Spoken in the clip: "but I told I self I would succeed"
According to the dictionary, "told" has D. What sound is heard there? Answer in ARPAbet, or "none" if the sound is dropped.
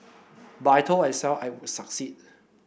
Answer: none